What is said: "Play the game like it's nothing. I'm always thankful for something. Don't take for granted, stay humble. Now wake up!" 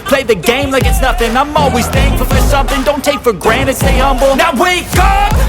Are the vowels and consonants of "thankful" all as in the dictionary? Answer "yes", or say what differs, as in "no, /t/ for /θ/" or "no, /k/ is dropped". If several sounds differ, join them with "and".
no, /k/ is dropped